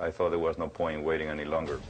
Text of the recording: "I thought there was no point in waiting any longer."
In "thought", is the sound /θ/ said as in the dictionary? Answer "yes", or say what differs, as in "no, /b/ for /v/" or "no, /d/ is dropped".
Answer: yes